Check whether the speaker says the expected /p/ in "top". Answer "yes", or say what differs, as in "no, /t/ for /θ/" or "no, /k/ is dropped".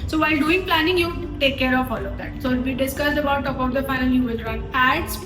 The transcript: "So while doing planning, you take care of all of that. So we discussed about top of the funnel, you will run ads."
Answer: no, /p/ is dropped